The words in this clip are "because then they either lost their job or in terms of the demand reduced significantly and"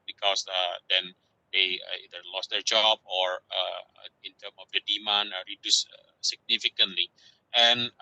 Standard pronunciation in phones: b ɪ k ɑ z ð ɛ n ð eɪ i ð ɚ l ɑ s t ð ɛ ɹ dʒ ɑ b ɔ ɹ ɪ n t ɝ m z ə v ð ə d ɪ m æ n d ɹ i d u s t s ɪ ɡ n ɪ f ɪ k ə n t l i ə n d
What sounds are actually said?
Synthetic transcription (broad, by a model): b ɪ k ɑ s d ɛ n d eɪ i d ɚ l ɑ s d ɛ ɹ dʒ ɑ b ɔ ɹ ɪ n t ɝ m ə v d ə d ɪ m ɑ n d ɹ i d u s s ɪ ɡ n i f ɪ k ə n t l i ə n